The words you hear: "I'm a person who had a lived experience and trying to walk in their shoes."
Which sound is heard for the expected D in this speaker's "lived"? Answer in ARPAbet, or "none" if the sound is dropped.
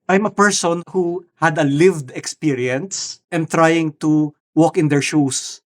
D